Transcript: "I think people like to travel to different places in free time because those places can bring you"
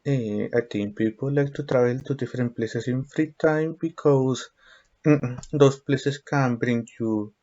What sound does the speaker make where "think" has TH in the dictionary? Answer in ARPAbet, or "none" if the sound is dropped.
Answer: T